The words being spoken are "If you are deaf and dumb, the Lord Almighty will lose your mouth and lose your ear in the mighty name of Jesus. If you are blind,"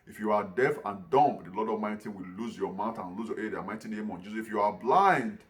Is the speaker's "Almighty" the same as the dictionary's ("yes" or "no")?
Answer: no